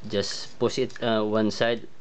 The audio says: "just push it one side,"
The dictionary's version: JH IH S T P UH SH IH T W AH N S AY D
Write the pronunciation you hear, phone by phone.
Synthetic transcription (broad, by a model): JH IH S P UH S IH T W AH N S AY D